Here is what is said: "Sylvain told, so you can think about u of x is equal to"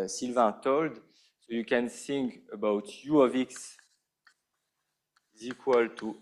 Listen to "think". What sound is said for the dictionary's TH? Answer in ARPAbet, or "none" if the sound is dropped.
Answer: S